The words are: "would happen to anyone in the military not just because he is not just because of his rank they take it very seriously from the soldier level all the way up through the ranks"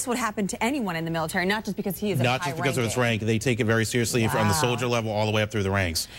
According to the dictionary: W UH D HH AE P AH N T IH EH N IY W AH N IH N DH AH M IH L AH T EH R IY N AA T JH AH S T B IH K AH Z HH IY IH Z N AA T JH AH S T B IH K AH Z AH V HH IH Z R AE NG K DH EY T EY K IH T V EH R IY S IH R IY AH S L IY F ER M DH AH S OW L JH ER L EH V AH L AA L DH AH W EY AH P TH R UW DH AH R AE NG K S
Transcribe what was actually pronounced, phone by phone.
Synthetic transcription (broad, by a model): W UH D HH AE P AH N T IH EH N IY W AH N IH N DH AH M IH L AH T EH R IY N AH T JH AH S B IH K AH Z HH IY IH Z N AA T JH AH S B IH K AH Z AH V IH S R AE NG K DH EY T EY K IH T V EH R IY S IH R IY AH S L IY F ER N DH AH S OW L JH ER L EH V L AA L DH AH W EY AH P TH R UW DH AH R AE NG K S